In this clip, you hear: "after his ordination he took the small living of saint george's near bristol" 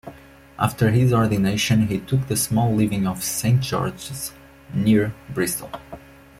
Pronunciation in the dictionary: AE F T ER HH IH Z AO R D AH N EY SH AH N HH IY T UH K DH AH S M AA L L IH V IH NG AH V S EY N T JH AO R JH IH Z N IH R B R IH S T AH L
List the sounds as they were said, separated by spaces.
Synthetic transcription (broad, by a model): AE F T ER HH IH Z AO R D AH N EY SH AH N HH IY T UH K DH AH S M AA L L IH V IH NG AH V S EY N T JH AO R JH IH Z N IH R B R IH S T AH L